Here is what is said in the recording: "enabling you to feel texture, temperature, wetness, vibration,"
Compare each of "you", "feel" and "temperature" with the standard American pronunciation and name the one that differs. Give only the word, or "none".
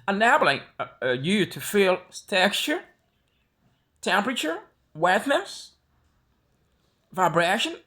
none